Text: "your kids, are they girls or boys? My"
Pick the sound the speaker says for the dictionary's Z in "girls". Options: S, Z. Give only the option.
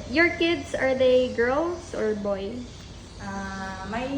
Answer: S